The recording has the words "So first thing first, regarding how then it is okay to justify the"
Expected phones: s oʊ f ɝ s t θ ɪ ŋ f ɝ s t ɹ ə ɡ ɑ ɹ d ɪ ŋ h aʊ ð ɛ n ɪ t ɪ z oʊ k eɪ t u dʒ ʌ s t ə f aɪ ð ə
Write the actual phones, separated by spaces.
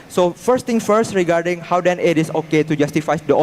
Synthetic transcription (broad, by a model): s oʊ f ɝ s t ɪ ŋ f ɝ s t ɹ ə ɡ ɑ ɹ d ɪ ŋ h aʊ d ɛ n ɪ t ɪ s oʊ k eɪ t u dʒ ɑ s t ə f aɪ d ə